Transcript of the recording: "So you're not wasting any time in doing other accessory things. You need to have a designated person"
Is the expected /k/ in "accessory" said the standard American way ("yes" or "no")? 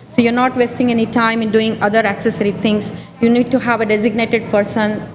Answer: yes